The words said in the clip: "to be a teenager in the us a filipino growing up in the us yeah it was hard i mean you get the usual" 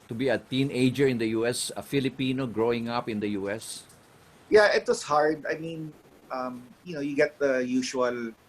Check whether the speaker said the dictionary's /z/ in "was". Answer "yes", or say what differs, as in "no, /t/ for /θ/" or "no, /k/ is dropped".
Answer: no, /s/ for /z/